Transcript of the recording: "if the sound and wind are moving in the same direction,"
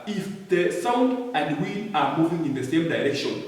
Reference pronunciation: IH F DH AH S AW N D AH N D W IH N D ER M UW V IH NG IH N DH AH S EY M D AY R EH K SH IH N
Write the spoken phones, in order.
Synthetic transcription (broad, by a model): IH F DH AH S AW N D AH N D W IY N AA M UW V IH NG IH N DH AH S EY M D AY R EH K SH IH N